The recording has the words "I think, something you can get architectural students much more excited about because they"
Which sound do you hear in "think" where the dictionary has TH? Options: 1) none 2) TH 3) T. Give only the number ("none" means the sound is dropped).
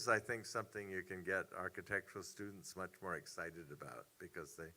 2